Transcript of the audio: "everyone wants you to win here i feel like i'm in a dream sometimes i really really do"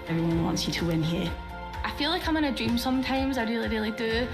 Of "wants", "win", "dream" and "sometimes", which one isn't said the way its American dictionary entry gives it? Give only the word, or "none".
none